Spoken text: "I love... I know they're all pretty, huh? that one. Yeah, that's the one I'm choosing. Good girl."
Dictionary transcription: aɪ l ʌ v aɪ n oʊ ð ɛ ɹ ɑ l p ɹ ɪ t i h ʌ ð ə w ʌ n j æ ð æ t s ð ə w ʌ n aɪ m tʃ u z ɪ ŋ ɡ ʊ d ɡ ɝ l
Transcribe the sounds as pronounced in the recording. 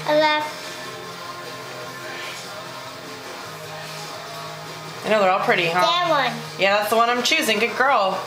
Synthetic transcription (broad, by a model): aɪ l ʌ f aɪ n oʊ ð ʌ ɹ ɑ l p ɹ ɪ t i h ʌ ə w ʌ n j æ ð æ t s ð ə w ʌ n aɪ m tʃ u z ɪ ŋ ɡ ʊ d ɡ ɝ l